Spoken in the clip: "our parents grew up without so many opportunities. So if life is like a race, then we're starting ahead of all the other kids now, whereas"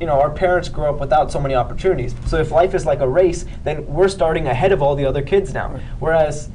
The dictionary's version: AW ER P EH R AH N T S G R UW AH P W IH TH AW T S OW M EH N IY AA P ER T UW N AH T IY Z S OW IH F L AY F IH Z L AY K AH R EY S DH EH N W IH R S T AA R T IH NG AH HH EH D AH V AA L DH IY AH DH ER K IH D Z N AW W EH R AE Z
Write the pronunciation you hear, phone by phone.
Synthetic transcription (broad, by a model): AW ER P EH R AH N T S G R UW AH P W IH TH AW T S OW M EH N IY AA P ER T UW N AH T IY Z S OW IH F L AY F IH Z L AY K AH R EY S DH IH N W IH R S T AA R T IH NG AH HH EH D AH V AA L DH IY AH DH ER K IH D Z N AW W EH R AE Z